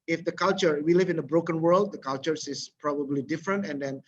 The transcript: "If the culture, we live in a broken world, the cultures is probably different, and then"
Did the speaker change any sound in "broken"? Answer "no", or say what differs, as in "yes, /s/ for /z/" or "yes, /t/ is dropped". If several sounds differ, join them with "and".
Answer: no